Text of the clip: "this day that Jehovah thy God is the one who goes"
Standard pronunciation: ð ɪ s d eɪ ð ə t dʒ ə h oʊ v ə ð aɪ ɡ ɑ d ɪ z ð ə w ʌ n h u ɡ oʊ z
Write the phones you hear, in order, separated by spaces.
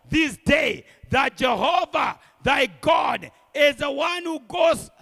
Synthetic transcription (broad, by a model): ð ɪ s d eɪ ð ə t dʒ ə h oʊ v ə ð aɪ ɡ ɑ d ɪ z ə w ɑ n h u ɡ oʊ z